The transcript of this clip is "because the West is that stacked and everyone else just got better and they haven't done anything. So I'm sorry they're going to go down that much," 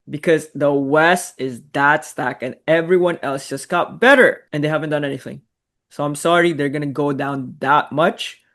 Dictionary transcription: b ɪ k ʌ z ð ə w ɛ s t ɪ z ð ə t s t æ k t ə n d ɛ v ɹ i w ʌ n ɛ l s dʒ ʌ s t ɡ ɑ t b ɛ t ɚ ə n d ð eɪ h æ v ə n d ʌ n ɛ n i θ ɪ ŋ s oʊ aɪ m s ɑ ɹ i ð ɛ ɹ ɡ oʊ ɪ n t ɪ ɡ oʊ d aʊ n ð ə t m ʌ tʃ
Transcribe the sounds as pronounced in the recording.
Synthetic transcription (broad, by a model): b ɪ k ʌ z ð ə w ɛ s t ɪ z ð ə t s t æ k ə n ɛ v ɹ i w ʌ n ɛ l s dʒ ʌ s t ɡ ɑ t b ɛ t ɚ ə n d ð eɪ h æ v ə n d ʌ n ɛ n i θ ɪ ŋ s oʊ aɪ m s ɑ ɹ i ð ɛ ɹ ɡ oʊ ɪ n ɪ ɡ oʊ d aʊ n ð ə t m ʌ tʃ